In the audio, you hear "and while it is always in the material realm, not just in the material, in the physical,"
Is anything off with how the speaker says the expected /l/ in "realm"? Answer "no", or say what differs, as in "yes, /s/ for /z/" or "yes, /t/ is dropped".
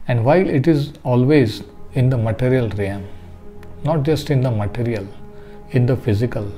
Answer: yes, /l/ is dropped